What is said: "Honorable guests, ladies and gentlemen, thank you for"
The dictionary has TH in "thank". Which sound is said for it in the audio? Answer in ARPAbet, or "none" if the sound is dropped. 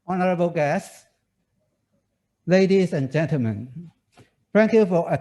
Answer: F